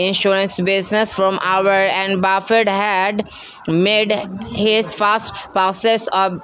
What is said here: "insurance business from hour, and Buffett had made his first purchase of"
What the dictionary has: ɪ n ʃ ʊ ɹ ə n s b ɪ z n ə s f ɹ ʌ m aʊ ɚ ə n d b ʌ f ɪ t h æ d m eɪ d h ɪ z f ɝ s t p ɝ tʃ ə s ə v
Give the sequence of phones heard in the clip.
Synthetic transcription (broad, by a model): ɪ n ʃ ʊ ɹ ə n s b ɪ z n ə s f ɹ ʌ m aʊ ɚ ə n d b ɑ f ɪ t h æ d m eɪ d h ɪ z f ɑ s t p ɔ s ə s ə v